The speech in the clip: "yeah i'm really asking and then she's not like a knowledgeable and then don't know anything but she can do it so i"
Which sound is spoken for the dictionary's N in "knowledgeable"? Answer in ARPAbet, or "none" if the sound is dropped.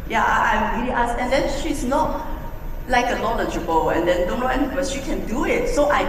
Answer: L